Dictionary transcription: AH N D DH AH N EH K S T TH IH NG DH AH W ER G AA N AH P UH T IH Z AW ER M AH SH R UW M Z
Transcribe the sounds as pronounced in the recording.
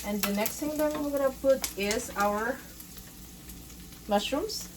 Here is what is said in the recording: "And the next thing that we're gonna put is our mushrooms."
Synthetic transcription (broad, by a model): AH N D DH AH N EH K S T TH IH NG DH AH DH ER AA AH P UH T IH Z AW ER M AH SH R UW M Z